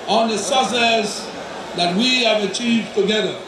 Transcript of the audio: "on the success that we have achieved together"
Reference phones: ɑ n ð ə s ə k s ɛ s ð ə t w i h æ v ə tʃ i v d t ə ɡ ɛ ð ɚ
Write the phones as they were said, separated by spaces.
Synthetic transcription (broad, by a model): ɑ n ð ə s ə s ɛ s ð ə t w i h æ v ə tʃ i v d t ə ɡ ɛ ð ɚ